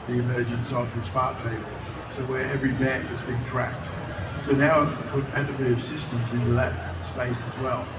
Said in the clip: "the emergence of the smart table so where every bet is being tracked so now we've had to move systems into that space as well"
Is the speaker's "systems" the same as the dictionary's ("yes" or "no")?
yes